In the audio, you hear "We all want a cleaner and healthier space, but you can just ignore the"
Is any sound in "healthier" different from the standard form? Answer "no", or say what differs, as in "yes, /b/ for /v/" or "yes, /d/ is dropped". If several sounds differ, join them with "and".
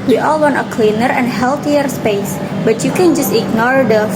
yes, /t/ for /θ/